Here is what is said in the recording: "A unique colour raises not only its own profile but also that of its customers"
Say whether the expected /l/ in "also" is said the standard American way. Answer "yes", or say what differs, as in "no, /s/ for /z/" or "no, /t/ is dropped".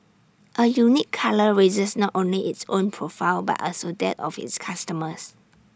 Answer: yes